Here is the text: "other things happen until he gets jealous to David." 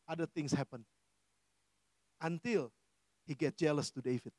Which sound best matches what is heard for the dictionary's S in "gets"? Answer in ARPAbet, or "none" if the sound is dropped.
none